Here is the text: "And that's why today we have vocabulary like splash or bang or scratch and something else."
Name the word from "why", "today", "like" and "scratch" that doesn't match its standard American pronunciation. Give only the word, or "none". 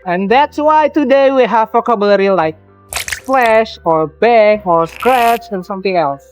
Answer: none